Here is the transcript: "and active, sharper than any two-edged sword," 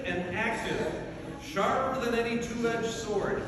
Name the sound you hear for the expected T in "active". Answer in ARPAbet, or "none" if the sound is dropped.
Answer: S